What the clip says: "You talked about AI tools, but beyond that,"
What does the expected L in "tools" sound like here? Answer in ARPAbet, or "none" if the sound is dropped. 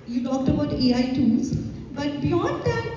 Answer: N